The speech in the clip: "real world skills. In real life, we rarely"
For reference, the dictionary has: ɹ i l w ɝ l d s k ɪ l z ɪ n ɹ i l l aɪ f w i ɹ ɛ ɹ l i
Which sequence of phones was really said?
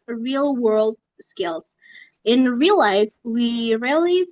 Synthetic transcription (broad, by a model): ɹ i l w ɝ l d s k ɪ l z ɪ n ɹ i l l aɪ f w i ɹ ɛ l i